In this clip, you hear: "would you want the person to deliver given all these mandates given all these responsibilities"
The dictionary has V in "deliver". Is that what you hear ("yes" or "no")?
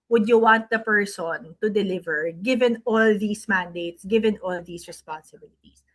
yes